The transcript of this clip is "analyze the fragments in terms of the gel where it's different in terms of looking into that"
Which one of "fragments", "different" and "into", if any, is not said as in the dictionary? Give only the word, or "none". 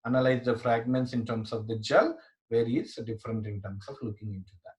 none